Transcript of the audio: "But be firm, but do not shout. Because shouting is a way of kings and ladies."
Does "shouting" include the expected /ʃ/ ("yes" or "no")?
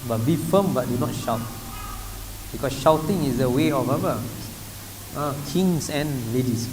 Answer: yes